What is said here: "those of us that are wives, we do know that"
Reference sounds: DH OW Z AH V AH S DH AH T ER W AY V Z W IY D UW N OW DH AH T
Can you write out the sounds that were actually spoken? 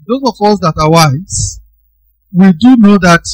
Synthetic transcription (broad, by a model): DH OW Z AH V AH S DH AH T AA W AY Z W IY D UW N OW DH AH T